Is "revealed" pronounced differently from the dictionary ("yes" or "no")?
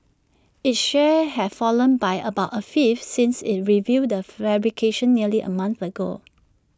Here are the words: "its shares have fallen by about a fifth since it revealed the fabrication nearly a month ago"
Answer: yes